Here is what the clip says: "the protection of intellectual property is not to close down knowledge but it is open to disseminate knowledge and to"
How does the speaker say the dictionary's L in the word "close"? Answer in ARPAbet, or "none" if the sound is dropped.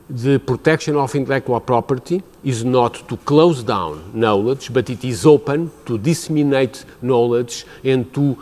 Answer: L